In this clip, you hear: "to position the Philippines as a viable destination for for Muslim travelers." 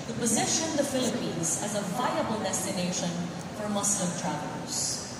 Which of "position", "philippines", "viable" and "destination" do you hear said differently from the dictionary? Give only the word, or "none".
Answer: none